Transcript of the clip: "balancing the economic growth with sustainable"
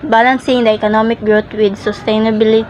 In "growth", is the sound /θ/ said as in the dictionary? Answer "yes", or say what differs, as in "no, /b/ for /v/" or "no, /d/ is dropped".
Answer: no, /t/ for /θ/